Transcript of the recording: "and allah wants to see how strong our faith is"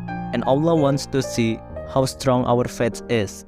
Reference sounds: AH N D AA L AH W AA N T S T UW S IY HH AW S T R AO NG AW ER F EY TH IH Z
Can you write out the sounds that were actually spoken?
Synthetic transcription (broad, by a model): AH N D AA L AH W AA N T S T UW S IY HH AW S T R AO NG AW ER F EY S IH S